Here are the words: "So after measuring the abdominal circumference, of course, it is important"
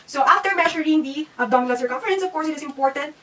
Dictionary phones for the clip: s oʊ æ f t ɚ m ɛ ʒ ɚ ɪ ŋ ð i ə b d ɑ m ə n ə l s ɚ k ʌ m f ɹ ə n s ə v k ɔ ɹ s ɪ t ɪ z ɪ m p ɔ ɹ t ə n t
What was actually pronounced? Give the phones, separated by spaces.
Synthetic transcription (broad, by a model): s oʊ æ f t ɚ m ɛ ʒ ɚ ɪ ŋ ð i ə d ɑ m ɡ l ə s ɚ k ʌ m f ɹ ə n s ə v k ɔ ɹ s ɪ t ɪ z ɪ m p ɔ ɹ t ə n t